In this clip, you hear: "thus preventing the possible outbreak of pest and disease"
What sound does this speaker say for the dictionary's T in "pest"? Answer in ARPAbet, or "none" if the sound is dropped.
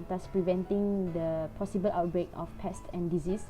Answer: T